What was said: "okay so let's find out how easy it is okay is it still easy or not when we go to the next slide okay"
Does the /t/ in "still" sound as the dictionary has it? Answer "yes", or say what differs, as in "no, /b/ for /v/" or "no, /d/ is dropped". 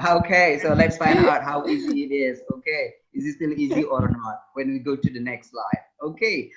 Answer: yes